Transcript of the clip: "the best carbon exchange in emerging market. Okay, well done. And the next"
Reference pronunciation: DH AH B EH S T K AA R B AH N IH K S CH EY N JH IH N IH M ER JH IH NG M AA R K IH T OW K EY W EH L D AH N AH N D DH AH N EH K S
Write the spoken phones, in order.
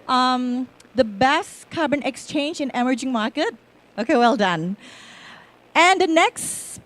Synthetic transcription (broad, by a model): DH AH B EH S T K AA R B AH N IH K S CH EY N JH IH N IH M ER JH IH NG M AA R K IH T OW K EY W EH L D AH N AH N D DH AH N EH K S